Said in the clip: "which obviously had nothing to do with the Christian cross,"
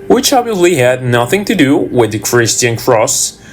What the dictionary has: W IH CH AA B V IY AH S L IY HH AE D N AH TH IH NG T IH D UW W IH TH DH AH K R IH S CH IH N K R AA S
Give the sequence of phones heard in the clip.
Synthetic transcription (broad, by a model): W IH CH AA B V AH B L IY HH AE D N AH TH IH NG T IH D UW W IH DH AH K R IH S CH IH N K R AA S